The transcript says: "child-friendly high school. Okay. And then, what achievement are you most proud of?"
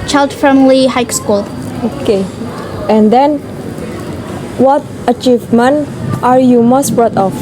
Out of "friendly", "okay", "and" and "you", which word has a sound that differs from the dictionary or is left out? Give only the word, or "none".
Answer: friendly